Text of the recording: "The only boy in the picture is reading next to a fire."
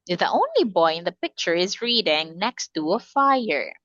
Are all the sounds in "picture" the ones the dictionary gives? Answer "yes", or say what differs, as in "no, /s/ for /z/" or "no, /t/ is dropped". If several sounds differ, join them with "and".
yes